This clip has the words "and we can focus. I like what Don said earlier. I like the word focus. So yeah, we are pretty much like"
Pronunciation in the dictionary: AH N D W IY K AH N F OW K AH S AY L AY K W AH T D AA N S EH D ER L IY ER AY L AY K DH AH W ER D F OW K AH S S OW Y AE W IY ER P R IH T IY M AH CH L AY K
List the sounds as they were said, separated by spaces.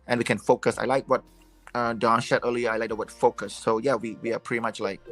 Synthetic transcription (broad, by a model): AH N W IY K AH N F OW K AH S AY L AY K W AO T D AA N SH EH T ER L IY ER AY L AY K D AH W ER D F OW K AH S S OW Y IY W IY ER P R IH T IY M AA CH L AY K